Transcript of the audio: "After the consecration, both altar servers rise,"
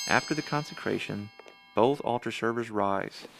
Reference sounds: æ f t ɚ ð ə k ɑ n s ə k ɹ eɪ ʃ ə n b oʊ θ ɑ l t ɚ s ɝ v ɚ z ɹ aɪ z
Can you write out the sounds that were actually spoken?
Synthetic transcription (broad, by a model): æ f t ɚ ð ə k ɑ n s ə k ɹ eɪ ʃ ə n b oʊ θ ɑ l t ɚ s ɝ v ɚ z ɹ aɪ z